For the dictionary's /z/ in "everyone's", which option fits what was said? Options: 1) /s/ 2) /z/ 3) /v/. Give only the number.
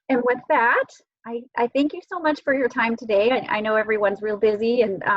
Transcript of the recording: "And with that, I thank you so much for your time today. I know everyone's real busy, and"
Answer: 2